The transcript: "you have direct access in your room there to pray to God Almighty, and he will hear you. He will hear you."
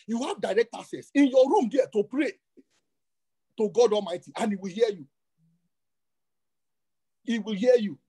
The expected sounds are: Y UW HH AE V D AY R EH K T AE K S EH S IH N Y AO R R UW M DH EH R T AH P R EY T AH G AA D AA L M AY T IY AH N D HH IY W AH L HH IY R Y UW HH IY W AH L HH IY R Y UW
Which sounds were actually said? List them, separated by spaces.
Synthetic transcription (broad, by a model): Y UW HH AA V D AY R EH K T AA S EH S IH N Y AO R R UW M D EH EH T AH P R EY T AH G AA D AA L M AY T IY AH N IY W AH L HH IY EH Y UW IY W AH L HH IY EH Y UW